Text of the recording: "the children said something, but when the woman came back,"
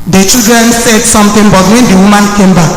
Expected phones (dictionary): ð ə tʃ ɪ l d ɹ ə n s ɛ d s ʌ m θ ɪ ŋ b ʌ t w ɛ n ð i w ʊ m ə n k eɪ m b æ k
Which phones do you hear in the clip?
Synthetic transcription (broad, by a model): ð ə tʃ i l d ɹ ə n s ɛ d s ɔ m t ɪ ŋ b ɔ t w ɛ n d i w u m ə n k eɪ m b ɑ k